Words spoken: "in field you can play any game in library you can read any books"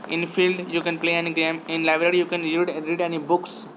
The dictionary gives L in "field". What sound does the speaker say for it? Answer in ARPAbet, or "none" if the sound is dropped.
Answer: L